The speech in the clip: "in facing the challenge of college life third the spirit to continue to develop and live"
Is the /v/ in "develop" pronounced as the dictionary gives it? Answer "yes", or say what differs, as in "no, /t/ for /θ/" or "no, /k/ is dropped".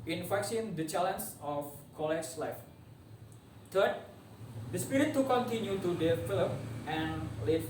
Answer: no, /f/ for /v/